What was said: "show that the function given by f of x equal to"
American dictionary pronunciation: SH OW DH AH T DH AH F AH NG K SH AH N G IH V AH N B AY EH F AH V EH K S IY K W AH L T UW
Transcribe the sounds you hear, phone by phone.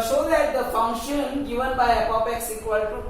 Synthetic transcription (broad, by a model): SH OW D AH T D AH F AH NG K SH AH N G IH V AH N B AY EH P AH P EH K S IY K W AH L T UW